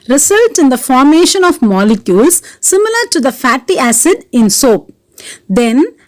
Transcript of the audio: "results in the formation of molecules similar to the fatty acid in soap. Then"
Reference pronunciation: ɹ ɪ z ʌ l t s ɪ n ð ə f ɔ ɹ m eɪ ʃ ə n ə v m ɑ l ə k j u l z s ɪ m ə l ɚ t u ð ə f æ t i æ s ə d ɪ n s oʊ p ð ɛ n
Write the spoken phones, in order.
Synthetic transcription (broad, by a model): ɹ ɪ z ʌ l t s ɪ n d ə f ɔ ɹ m eɪ ʃ ə n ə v m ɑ l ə k j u l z s ɪ m ə l ɚ t u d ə f æ t i æ s ə d ɪ n s oʊ p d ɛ n